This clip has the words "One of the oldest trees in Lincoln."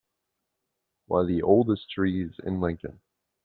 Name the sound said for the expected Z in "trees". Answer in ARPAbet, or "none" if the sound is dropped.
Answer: Z